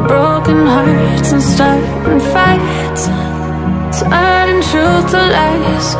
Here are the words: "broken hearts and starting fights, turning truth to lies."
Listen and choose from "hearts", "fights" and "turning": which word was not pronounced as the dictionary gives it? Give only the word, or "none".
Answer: turning